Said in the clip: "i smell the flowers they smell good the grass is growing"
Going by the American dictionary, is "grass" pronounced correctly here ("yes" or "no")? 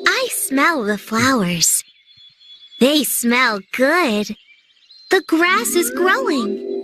yes